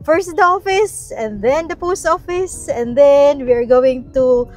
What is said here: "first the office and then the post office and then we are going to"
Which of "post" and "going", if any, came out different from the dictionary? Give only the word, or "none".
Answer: none